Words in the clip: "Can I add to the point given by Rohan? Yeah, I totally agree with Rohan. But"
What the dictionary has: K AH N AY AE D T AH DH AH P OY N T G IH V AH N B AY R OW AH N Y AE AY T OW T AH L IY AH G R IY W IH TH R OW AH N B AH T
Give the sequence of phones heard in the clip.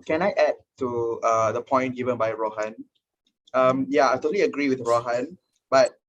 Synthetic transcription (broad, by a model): K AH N AY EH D T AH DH AH P OY N T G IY V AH N B AY R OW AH N Y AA AY T OW T AH L IY AH G R IY W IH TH R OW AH N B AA T